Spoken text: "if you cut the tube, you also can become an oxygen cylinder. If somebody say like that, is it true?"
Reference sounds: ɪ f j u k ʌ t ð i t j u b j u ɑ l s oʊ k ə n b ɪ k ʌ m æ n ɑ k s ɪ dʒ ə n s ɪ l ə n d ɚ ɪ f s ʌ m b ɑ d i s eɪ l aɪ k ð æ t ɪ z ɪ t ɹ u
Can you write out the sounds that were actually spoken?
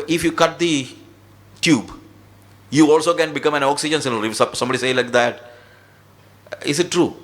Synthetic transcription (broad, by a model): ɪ f j u k ʌ t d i t j u b j u ɑ l s oʊ k ə n b ɪ k ʌ m æ n ɑ k s ɪ dʒ ə n s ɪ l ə d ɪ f s ʌ m b ɑ d i s eɪ l aɪ k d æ t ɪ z ɪ t ɹ u